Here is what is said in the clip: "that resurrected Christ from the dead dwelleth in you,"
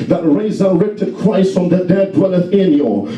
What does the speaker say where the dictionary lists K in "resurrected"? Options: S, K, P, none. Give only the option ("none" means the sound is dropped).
K